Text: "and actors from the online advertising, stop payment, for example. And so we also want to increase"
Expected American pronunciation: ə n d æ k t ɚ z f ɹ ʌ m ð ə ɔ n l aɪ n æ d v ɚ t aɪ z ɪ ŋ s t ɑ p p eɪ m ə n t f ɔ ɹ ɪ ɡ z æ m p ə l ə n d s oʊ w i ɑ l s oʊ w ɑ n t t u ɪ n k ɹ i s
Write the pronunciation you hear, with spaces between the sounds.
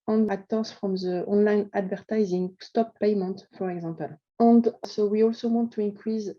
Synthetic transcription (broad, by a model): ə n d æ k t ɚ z f ɹ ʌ m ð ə ɔ n l aɪ n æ d v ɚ t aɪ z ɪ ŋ s t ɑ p p eɪ m ə n t f ɔ ɹ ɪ ɡ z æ m p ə l ə n d s oʊ w i ɑ l s oʊ w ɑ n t t u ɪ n k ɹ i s